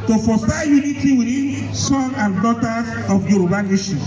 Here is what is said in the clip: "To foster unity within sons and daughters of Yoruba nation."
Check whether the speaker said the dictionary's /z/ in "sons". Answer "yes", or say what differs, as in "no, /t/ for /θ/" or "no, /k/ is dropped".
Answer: no, /z/ is dropped